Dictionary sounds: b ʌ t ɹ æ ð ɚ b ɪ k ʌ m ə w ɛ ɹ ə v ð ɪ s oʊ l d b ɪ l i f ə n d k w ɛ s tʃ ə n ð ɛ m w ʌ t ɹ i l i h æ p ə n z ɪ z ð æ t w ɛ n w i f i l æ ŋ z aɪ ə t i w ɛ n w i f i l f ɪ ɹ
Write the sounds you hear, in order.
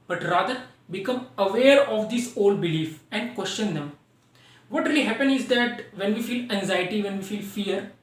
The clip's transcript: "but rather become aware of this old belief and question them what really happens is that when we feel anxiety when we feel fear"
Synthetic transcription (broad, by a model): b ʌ t ɹ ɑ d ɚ b ɪ k ʌ m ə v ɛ ɹ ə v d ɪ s oʊ l d b ɪ l i f ə n d k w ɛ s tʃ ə n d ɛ m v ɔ t ɹ i l i h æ p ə n ɪ z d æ t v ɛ n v i f i l æ ŋ z aɪ ə t i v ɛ n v i f i l f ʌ ɹ